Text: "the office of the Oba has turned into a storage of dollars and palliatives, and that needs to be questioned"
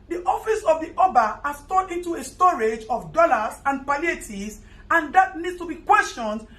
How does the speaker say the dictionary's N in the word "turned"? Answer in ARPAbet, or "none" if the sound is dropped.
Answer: none